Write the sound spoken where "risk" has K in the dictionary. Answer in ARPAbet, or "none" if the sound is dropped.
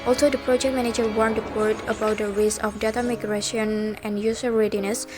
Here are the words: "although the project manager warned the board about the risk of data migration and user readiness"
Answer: none